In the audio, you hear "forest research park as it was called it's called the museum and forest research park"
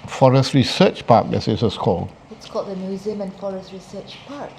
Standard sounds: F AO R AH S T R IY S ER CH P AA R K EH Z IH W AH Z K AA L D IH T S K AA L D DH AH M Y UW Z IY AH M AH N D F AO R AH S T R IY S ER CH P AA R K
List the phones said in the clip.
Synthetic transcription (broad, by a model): F AO R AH S T R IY S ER CH P AA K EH S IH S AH S K AA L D IH T S K AA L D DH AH M Y UW Z IY AH M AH N F AO R AH S T R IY S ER CH P AA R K